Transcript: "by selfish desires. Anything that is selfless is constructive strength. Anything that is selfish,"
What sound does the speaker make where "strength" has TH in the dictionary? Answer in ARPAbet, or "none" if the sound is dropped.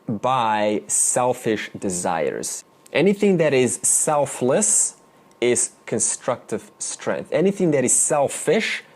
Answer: TH